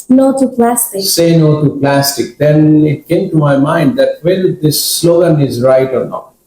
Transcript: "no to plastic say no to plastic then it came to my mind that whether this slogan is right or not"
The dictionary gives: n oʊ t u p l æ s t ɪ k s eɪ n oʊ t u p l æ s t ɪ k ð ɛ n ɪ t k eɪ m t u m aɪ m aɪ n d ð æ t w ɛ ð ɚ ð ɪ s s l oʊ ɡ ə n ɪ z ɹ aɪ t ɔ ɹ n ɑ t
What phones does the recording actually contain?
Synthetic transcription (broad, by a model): n oʊ t u p l æ s t ɪ k s eɪ n oʊ t u p l æ s t ɪ k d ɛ n ɪ t k eɪ m t u m aɪ m aɪ n d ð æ t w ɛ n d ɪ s s l oʊ ɡ ə n ɪ z ɹ aɪ t ɔ ɹ n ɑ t